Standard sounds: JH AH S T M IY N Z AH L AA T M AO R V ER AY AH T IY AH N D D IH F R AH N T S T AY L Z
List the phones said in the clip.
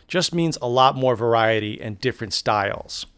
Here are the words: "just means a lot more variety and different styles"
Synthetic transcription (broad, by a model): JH AH S T M IY N Z AH L AA T M AO R V ER AY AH T IY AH N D D IH F R AH N T S T AY L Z